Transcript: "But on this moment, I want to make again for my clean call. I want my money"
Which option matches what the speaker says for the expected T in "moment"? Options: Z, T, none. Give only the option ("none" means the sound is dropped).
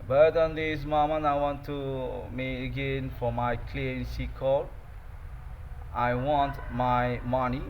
none